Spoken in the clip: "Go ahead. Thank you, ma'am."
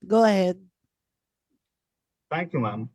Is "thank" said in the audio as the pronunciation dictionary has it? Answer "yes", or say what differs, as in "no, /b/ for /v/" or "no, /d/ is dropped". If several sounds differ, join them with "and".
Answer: no, /t/ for /θ/